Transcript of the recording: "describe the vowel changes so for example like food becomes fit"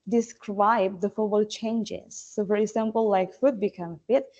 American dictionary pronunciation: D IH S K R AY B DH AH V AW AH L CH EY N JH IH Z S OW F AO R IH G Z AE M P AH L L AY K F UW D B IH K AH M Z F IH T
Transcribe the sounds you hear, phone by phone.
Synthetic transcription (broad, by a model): D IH S K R AY B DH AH F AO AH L CH EY N JH IH Z S OW F AO R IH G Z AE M P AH L L AY K F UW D B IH K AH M F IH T